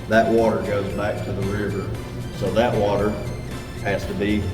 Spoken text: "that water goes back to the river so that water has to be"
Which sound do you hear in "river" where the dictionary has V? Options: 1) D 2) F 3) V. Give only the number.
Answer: 3